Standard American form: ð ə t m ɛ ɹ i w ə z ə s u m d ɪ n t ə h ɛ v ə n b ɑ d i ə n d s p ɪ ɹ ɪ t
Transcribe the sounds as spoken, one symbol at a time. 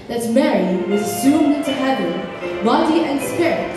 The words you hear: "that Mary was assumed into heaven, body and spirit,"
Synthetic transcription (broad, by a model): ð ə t m ɛ ɹ i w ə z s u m ɪ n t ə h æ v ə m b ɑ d i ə n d s p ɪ ɹ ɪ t